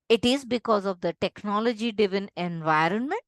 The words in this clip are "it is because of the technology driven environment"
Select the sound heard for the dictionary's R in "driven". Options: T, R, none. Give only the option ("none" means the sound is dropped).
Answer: none